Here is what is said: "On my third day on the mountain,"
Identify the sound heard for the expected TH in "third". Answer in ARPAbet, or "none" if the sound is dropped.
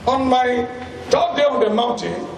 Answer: T